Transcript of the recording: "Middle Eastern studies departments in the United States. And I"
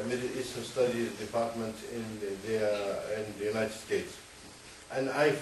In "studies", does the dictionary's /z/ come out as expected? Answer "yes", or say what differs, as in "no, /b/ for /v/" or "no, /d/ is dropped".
no, /z/ is dropped